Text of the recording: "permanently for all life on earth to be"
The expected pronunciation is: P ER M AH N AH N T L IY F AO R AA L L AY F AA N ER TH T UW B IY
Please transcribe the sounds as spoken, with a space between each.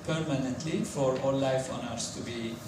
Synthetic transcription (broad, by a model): P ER M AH N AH N T L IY F AO R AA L L AY F AA N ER S T UW B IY